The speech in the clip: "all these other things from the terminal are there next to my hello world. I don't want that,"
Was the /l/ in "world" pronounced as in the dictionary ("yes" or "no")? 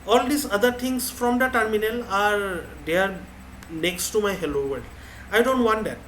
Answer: no